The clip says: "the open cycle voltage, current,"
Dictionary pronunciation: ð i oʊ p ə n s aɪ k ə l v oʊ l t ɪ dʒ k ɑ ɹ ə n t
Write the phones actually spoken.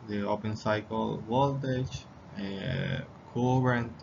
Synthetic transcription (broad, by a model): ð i oʊ p ə n s aɪ k ə l w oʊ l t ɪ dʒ k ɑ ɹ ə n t